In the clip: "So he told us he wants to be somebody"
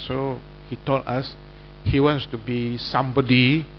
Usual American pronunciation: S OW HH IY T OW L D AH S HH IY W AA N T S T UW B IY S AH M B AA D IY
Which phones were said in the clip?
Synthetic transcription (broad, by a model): S OW HH IY T OW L AA S HH IY W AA N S T UW B IY S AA M B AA D IY